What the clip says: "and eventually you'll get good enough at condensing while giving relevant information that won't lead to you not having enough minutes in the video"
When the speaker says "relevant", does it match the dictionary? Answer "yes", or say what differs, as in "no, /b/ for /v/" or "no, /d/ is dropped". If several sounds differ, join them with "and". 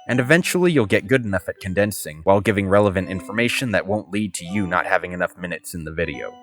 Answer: yes